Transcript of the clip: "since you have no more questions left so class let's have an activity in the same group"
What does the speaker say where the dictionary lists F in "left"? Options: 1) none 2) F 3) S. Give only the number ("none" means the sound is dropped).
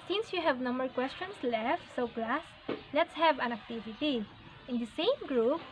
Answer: 2